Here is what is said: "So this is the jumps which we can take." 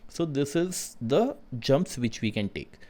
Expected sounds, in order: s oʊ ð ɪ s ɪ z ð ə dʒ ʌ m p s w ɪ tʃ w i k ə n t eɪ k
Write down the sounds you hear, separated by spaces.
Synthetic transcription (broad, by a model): s oʊ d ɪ s ɪ z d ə dʒ ʌ m p s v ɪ tʃ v i k ə n t eɪ k